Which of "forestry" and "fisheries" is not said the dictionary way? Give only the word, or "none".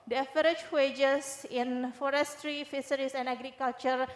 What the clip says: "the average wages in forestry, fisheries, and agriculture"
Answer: fisheries